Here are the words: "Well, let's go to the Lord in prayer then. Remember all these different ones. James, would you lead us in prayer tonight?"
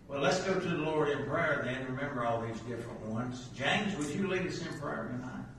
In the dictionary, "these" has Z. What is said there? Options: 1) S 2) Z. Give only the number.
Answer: 2